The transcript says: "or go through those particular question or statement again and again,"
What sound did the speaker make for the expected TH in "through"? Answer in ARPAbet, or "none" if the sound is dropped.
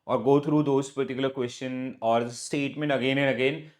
T